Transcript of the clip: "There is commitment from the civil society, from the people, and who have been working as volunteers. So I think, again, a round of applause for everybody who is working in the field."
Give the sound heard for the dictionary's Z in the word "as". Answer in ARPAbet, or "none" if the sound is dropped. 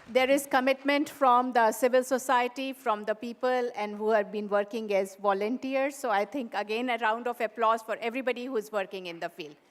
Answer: Z